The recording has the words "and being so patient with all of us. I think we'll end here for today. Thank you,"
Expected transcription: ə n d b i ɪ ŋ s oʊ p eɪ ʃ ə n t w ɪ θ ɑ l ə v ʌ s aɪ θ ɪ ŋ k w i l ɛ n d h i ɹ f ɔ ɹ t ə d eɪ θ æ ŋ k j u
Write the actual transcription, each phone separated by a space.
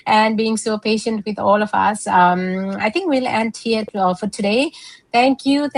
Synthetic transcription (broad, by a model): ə n d b i ɪ ŋ s oʊ p eɪ ʃ ə n t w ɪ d ɑ l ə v ʌ s aɪ t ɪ ŋ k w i l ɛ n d h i ɹ f ɔ ɹ t ə d eɪ t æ ŋ k j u